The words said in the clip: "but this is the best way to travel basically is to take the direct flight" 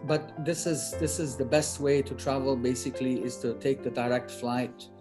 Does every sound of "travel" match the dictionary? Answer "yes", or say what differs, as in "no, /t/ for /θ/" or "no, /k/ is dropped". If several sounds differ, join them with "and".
yes